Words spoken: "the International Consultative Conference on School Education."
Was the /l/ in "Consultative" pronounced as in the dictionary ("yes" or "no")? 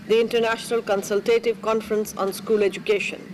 yes